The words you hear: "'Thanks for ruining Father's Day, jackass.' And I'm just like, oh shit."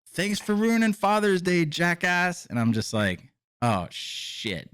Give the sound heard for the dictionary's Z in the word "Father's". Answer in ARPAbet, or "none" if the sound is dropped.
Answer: Z